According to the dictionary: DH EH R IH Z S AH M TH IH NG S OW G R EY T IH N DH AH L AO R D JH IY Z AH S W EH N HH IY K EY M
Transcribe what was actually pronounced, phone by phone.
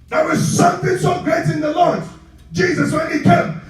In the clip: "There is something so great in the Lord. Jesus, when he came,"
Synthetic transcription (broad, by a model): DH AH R IH Z S AH M TH IH NG S OW G R EY T IH N DH AH L AO R D JH IY Z AH S W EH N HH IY K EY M